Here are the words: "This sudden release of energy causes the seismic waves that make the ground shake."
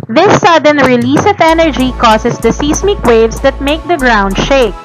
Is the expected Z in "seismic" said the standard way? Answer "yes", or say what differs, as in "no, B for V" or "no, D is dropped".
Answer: no, S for Z